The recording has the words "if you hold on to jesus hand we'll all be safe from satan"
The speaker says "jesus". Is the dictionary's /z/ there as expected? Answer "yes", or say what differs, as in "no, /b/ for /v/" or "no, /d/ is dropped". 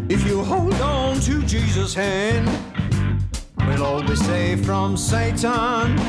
yes